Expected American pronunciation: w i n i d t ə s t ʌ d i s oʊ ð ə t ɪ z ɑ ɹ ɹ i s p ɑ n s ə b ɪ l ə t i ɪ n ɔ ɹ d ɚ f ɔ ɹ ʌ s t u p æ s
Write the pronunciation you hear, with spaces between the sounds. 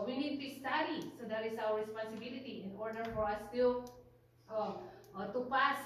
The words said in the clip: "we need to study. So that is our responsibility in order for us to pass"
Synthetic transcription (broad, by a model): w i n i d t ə s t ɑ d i s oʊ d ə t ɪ s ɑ w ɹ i s p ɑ n s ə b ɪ l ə t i ɪ n ɔ ɹ d ɚ f ɔ ɹ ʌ s t u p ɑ s